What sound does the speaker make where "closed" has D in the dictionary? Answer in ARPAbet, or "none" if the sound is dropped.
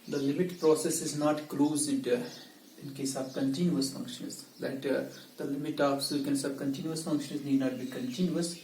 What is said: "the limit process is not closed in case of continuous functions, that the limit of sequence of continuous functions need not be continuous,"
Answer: D